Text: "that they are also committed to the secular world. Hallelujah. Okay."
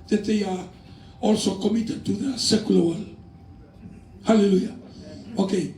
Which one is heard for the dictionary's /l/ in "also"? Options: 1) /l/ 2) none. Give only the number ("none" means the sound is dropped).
1